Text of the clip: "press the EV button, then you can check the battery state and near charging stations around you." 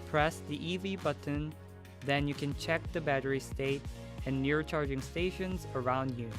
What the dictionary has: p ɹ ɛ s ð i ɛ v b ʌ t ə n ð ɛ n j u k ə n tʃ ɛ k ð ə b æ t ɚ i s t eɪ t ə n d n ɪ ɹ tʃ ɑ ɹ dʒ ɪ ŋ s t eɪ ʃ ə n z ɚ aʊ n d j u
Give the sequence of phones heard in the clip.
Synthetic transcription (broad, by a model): p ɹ ɛ s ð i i v b ʌ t n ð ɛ n j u k ə n tʃ ɛ k ð ə b æ t ɚ i s t eɪ t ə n n ɪ ɹ tʃ ɑ ɹ dʒ ɪ ŋ s t eɪ ʃ ə n z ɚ aʊ n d j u